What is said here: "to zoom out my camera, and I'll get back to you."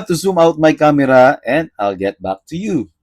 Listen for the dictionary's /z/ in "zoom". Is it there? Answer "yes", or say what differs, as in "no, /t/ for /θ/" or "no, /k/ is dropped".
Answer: no, /s/ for /z/